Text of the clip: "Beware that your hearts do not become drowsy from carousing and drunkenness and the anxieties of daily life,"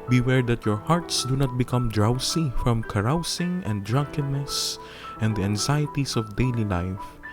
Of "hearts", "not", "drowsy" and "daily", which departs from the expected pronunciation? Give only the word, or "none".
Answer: drowsy